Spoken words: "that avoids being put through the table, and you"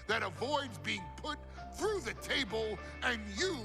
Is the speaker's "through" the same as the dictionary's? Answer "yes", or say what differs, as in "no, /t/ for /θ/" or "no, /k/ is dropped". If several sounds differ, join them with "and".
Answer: yes